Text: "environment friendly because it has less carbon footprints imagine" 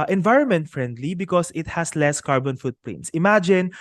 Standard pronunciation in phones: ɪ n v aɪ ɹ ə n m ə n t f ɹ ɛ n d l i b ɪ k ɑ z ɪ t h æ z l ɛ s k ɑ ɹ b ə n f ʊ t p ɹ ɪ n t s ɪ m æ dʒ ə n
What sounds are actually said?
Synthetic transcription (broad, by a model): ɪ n v aɪ ɹ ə n m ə n t f ɹ ɛ n d l i b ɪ k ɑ s ɪ t h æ s l ɛ s k ɑ ɹ b ə n f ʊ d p l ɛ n s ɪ m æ dʒ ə n